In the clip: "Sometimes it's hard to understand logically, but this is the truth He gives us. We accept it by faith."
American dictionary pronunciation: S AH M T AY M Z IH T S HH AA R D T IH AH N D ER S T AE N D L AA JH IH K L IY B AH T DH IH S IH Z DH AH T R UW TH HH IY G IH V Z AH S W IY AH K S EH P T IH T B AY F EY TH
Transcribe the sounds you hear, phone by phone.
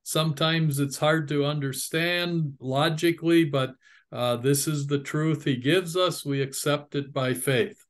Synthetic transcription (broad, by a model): S AH M T AY M Z IH T S HH AA R D T IH AH N D ER S T AE N D L AA JH IH K L IY B AH T DH IH S IH Z DH AH T R UW TH HH IY G IH V Z AH S W IY AH K S EH P T IH T B AY F EY TH